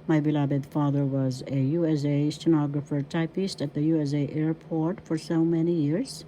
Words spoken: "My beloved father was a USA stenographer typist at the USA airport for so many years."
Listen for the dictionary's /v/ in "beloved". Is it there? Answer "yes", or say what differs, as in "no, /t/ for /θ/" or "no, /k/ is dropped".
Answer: no, /b/ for /v/